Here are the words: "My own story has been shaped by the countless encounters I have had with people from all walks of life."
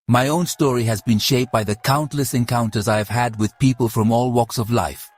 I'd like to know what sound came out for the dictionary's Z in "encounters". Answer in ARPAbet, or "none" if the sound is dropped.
Z